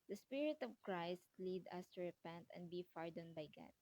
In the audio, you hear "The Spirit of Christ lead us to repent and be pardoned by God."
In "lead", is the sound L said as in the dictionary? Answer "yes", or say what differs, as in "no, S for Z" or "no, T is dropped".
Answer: yes